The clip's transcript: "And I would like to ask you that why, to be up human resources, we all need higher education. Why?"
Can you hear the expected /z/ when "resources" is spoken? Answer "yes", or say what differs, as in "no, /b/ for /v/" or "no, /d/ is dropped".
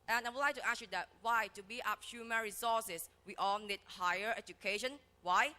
no, /s/ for /z/